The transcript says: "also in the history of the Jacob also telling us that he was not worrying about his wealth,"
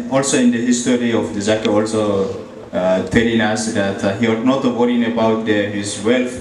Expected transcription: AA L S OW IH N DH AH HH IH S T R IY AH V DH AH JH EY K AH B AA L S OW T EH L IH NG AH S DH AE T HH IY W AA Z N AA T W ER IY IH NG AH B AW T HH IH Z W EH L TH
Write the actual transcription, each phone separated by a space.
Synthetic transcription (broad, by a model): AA L S OW IH N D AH HH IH S T R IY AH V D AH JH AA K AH AA L S OW T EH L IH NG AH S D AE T HH IY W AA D N AA T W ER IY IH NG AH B AW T HH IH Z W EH L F